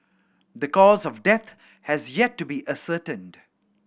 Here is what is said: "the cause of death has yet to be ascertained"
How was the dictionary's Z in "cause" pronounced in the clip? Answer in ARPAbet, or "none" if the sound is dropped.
Z